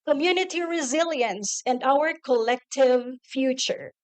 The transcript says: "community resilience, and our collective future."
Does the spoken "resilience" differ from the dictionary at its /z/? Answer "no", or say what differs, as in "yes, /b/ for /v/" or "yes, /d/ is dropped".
no